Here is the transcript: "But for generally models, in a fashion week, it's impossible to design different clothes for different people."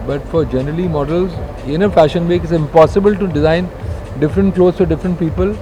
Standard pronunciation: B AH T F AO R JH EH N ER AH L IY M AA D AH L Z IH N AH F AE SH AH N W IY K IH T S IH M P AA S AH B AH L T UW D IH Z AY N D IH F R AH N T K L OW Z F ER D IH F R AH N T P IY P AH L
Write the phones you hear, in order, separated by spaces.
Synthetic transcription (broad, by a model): B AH T F AO R JH EH N ER AH L IY M AA D AH L Z IH N AH F AE SH AH N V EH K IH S IH M P AA S AH B AH L T UW D IH Z AY N D IH F R AH N T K L OW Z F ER D IH F R AH N T P IY P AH L